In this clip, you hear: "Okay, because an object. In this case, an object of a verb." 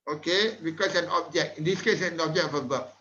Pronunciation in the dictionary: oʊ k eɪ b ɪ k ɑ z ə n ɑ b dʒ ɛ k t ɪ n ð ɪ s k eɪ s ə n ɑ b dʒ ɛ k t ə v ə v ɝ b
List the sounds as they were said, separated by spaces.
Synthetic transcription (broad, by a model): oʊ k eɪ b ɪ k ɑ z ə n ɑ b dʒ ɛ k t ɪ n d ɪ s k eɪ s ə n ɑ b dʒ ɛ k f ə b ə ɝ